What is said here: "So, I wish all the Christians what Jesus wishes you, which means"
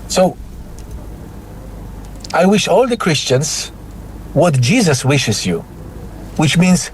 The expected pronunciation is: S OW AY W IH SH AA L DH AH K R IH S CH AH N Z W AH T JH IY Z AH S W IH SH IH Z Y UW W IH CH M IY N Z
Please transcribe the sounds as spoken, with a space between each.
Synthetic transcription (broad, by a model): S OW AY W IH SH AA L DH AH K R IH S CH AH N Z W AH T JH IY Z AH S W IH SH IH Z Y UW W IH CH M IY N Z